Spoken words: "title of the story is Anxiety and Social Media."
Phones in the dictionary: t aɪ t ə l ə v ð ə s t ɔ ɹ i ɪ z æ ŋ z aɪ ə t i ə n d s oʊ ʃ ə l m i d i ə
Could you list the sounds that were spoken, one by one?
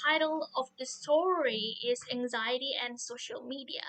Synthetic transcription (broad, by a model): aɪ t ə l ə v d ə s t ɔ ɹ i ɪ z æ ŋ z aɪ ə t i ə n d s oʊ ʃ ə l m i d i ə